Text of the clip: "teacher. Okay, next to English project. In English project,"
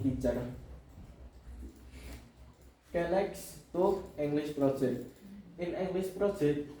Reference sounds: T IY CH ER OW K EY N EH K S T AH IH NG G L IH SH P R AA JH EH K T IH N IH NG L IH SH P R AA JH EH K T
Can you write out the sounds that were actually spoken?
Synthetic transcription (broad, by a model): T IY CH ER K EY L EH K S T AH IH NG G L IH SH P R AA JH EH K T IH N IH NG L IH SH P R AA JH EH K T